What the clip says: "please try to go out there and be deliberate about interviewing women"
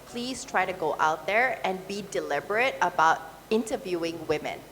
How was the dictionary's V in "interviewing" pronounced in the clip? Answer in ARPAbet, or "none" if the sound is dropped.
V